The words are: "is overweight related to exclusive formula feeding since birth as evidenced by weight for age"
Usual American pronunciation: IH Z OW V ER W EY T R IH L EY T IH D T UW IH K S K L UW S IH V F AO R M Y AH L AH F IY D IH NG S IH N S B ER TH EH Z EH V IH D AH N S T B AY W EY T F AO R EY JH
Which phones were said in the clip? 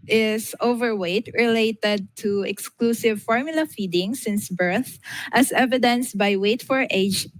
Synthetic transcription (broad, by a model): IH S OW V ER W EY T R IH L EY T IH D T UW IH K S K L UW S IH V F AO R M Y AH L AH F IY D IH NG S IH N S B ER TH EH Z EH V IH D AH N S B AY W EY T F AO R EY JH